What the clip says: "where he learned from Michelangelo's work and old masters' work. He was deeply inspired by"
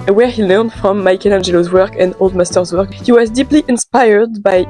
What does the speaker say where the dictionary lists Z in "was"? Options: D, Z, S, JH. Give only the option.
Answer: Z